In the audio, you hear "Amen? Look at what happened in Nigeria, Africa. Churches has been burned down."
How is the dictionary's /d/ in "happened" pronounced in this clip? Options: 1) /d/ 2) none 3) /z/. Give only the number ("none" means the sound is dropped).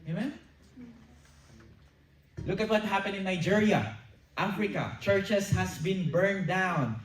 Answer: 2